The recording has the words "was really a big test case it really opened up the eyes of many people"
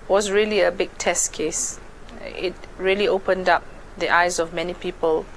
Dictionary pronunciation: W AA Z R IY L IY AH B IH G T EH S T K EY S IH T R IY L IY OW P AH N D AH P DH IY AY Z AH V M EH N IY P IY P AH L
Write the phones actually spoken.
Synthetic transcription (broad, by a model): W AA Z R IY L IY AH B IH G T EH S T K EY S IH T R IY L IY OW P AH N D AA P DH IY AY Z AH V M EH N IY P IY P AH L